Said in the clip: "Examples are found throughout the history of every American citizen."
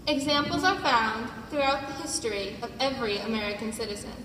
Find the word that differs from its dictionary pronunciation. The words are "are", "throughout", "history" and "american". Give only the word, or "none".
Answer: none